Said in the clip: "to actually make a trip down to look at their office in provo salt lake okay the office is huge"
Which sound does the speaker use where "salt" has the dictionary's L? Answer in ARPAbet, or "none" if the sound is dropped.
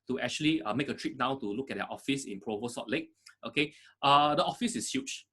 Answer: none